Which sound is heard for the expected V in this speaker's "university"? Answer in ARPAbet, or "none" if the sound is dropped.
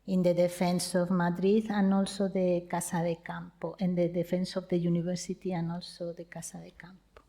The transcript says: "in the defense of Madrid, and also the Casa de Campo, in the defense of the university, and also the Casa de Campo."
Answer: B